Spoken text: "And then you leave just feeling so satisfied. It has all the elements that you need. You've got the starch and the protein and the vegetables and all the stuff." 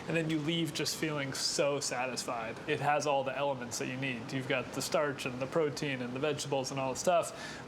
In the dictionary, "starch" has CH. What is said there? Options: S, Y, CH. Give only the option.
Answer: CH